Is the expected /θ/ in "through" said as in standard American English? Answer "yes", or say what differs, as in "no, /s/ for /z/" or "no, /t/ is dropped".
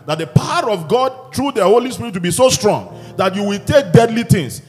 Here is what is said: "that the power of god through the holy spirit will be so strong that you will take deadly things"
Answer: no, /t/ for /θ/